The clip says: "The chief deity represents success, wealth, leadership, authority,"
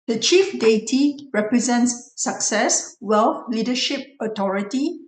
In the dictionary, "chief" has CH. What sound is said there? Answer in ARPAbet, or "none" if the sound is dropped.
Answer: CH